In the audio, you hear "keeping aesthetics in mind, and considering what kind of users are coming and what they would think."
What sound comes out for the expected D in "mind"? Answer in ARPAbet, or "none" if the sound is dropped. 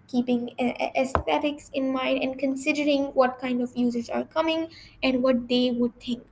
D